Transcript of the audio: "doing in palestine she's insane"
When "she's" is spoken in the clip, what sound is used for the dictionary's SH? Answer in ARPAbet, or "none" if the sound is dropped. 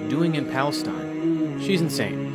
SH